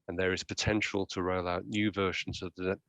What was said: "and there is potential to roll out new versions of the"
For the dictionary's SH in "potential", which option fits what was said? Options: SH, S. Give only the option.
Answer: SH